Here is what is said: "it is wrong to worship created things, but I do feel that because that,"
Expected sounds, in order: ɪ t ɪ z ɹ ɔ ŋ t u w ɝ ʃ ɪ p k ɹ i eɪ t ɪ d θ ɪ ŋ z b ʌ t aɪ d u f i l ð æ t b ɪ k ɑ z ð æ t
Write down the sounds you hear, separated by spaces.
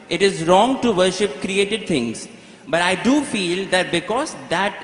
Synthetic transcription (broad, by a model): ɪ t ɪ z ɹ ɔ ŋ t u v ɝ ʃ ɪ p k ɹ i eɪ t ɪ d t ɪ ŋ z b ʌ t aɪ d u f i l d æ t b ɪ k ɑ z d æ t